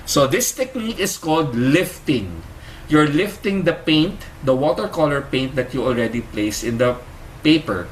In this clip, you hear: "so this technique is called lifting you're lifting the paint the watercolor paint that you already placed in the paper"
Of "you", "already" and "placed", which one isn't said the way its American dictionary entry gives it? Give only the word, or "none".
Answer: placed